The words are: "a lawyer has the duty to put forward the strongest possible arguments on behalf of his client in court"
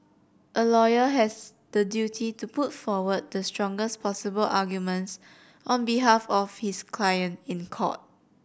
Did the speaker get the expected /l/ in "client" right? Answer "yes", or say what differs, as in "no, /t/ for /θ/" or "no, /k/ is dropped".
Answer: yes